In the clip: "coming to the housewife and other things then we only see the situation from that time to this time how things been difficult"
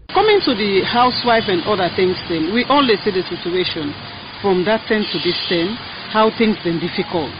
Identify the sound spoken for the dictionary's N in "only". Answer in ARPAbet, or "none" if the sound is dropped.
L